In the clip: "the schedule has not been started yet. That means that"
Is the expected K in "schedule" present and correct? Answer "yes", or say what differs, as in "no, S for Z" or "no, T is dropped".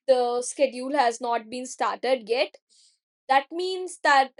yes